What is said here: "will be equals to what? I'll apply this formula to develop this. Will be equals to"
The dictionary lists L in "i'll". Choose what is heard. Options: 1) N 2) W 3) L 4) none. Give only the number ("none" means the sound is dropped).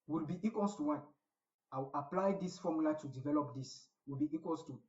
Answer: 2